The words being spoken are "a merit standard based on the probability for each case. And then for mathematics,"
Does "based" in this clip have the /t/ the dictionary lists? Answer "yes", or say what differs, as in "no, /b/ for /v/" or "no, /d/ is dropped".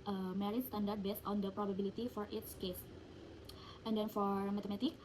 yes